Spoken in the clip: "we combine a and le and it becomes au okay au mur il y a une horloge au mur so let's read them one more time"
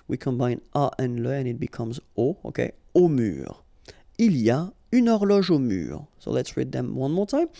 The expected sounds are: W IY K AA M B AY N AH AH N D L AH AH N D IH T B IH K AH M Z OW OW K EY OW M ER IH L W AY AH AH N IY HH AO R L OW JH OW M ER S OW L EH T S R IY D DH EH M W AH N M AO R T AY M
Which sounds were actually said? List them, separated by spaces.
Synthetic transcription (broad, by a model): W IY K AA M B AY N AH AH N L AH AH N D IH T B IH K AH M Z OW OW K EY OW M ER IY L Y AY AH N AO R L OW ZH OW M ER S OW L EH T S R IY D DH EH M W AH N M AO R T AY M